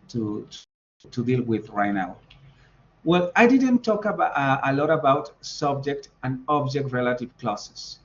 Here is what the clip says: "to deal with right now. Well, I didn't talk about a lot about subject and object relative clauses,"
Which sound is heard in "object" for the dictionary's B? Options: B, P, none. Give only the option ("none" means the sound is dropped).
B